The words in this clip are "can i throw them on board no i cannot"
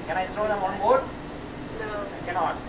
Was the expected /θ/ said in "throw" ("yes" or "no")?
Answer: no